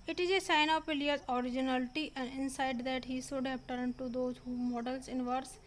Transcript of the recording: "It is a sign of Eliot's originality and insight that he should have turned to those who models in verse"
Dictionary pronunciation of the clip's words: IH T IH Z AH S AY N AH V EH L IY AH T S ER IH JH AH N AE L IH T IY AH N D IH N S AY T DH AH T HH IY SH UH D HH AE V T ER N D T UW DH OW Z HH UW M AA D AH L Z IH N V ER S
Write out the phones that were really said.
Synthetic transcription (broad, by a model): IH T IH Z AH S AY N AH P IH L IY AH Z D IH JH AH N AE L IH T IY AH N D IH N S AY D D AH T HH IY S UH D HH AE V T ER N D T UW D OW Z HH UW M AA D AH L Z IH N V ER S